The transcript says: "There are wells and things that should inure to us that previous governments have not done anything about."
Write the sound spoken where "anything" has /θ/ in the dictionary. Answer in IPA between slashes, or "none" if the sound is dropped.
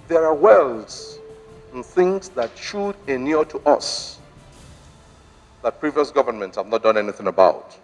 /θ/